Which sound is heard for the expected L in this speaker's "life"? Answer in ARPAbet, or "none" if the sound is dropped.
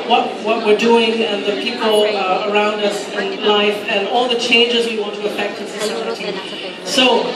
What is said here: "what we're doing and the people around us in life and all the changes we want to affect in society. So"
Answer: L